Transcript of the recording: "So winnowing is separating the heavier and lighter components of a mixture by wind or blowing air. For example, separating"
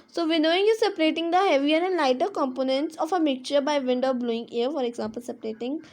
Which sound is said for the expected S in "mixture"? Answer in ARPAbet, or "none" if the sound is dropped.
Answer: none